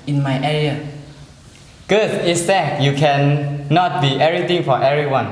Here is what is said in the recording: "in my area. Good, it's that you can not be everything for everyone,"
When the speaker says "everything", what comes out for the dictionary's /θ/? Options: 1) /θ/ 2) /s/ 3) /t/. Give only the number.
3